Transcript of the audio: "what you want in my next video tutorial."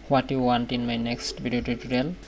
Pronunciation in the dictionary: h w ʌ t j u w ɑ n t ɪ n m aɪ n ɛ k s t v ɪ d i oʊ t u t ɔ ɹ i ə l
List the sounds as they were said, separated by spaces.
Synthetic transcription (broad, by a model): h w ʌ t j u w ɑ n t ɪ n m aɪ n ɛ k s t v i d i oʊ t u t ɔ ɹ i l